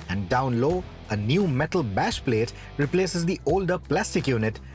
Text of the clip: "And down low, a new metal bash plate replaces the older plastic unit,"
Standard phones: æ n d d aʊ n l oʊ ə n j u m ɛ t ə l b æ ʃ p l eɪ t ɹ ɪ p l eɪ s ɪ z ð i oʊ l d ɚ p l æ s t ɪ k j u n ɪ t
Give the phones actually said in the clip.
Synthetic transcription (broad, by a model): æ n d d aʊ n l oʊ ə n j u m ɛ t ə l b æ ʃ p l eɪ t ɹ ɪ p l eɪ s ɪ z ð i oʊ l d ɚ p l æ s t ɪ k j u n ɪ t